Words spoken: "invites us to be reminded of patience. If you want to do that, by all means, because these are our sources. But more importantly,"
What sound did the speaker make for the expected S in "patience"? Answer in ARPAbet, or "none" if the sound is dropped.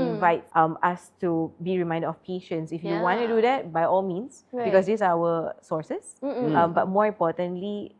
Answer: S